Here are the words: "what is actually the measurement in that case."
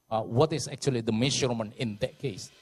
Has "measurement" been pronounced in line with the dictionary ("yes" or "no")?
no